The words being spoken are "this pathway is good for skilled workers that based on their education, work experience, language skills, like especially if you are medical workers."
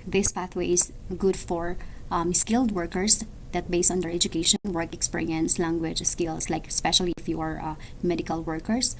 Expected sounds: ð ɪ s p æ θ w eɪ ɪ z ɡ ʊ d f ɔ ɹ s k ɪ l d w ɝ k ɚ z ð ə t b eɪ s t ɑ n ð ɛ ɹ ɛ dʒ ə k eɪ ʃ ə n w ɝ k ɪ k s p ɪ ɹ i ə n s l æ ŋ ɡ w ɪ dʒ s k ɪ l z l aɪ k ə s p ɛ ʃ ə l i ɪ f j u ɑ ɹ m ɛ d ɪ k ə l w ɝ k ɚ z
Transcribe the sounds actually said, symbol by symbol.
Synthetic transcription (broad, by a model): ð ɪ s p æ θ w eɪ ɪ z ɡ ʊ d f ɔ ɹ s k ɪ l d w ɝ k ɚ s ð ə t b eɪ s t ɑ n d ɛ ɹ ɛ dʒ ə k eɪ ʃ ə n w ɝ k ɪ k s p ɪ ɹ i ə n s l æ ŋ ɡ w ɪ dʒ s k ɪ l s l aɪ k ə s p ɛ ʃ ə l i ɪ f j u ɑ ɹ m ɛ d ɪ k ə l w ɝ k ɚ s